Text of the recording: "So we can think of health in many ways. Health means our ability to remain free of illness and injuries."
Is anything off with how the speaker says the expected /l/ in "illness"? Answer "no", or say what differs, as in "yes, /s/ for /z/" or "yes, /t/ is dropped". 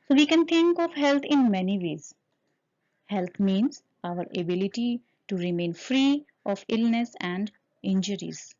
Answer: no